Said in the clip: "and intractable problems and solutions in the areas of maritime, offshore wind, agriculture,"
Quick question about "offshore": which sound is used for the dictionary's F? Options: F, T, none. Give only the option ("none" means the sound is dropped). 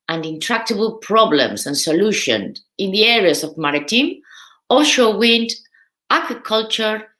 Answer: none